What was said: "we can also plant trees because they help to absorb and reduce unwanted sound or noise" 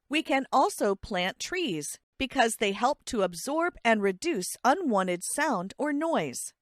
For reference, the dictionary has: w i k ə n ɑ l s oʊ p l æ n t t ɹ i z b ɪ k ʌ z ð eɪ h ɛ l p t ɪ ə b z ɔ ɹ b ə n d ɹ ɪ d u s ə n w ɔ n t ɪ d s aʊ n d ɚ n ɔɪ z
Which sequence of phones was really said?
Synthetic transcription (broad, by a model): w i k ə n ɑ l s oʊ p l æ n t t ɹ i z b ɪ k ʌ z ð eɪ h ɛ l p t ɪ ə b z ɔ ɹ b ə n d ɹ ɪ d u s ə n w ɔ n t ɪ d s aʊ n d ɚ n ɔɪ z